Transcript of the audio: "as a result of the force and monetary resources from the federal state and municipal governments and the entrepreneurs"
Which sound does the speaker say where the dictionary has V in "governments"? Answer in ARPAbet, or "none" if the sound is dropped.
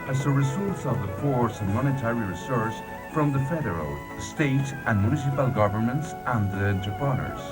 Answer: V